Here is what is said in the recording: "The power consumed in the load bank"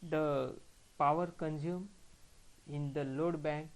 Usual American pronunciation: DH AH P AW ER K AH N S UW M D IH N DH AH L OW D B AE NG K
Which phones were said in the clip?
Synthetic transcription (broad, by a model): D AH P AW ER K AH N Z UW M IH N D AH L OW D B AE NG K